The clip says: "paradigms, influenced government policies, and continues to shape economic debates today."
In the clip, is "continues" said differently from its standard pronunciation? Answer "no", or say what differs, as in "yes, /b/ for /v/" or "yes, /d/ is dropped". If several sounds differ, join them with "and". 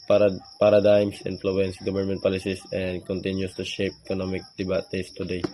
yes, /s/ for /z/